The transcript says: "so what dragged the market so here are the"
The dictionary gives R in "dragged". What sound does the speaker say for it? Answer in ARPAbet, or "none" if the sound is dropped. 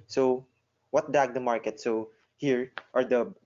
none